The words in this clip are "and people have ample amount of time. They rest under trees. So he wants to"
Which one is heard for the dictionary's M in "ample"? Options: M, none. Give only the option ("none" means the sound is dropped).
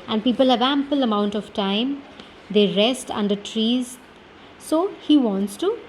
M